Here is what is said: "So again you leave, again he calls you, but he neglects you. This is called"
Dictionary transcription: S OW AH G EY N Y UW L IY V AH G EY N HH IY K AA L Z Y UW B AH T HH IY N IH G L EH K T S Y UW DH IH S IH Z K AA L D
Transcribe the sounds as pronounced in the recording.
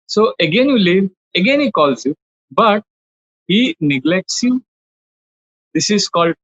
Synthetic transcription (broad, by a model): S OW AH G EY N Y UW L IY V AH G EY N HH IY K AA L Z Y UW B AH T HH IY N IH G L EH K T S Y UW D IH S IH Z K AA L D